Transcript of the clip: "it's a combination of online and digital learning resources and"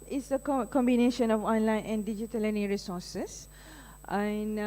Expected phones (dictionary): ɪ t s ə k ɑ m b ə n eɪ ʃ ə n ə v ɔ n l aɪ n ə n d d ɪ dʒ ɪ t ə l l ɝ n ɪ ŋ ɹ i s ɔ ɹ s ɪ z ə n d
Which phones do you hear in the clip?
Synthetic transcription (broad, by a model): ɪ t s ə k ɑ m b ə n eɪ ʃ ə n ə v ɔ n l aɪ n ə n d d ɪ dʒ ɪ t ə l l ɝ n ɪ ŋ ɹ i s ɔ s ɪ s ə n